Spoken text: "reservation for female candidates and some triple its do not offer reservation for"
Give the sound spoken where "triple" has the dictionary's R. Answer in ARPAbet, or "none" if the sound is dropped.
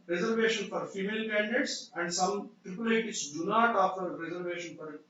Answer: R